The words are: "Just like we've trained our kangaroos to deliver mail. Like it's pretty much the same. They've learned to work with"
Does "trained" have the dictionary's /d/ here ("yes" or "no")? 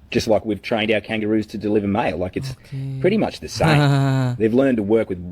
yes